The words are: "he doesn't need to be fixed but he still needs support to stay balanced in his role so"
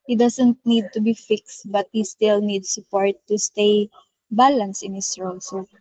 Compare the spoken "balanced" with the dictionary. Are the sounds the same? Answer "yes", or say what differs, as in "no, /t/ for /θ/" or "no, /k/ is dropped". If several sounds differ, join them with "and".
no, /t/ is dropped